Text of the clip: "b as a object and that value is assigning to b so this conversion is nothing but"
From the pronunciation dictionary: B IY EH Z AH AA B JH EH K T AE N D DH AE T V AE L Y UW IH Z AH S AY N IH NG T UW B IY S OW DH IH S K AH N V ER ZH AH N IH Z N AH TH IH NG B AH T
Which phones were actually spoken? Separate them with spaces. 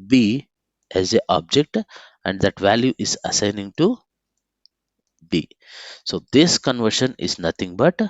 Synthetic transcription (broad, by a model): B IY EH Z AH AA B JH EH K T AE N D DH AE T V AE L Y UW IH Z AH S AY N IH NG T UW B IY S OW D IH S K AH N V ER SH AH N IH Z N AH T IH NG B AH T